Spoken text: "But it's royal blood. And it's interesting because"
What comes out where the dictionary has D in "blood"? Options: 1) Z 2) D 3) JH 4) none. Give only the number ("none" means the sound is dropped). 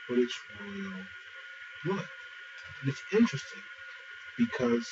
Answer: 4